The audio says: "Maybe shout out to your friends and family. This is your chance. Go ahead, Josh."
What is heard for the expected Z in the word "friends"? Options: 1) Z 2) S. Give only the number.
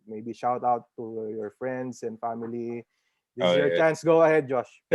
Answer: 2